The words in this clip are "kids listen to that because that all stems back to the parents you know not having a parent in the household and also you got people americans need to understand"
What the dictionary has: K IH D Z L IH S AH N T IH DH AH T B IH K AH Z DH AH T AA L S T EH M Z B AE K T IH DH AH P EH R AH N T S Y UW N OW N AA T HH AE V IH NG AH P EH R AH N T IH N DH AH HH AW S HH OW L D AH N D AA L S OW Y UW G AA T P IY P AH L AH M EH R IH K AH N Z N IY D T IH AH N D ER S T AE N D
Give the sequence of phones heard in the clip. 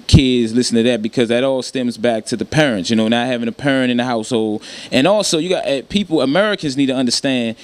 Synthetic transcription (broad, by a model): K IH D Z L IH S N T IH DH AH T B IH K AH Z DH AH T AA L S T EH M Z B AE K T IH DH AH P EH R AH N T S Y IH N OW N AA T HH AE V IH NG AH P EH R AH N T IH N DH AH HH AW S HH OW L D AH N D AA L S OW Y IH G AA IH P IY P L AH M EH R IH K AH N Z N IY D T IH AH N D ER S T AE N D